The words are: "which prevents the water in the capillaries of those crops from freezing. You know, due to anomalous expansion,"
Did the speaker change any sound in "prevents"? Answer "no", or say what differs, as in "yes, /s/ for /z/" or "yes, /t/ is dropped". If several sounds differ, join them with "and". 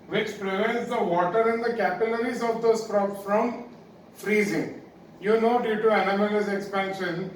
no